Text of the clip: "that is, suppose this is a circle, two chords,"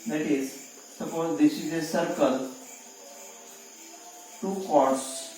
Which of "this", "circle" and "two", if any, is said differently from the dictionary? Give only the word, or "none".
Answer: this